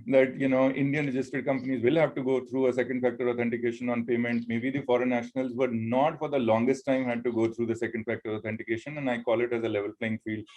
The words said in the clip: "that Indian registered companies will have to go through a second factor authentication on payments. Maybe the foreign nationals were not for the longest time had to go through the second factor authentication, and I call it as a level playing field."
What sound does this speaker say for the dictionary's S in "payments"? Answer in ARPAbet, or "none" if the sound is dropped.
none